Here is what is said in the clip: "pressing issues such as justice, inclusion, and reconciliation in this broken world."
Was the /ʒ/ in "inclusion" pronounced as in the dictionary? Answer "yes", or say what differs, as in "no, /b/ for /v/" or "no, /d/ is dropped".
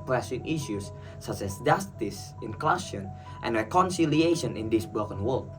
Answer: no, /ʃ/ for /ʒ/